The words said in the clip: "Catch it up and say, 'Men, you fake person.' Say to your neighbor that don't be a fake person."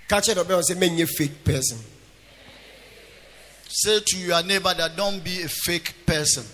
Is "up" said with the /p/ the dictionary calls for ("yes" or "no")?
no